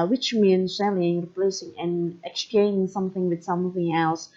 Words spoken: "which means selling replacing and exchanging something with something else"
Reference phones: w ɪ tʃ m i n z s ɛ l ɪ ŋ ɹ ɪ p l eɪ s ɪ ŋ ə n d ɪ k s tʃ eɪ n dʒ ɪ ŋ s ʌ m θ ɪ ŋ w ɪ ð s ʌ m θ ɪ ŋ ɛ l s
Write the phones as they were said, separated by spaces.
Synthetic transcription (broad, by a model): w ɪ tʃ m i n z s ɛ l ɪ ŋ ɹ ɪ p l eɪ s ɪ ŋ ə n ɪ k s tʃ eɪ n ɪ ŋ s ʌ m θ ɪ ŋ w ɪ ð s ʌ m θ ɪ ŋ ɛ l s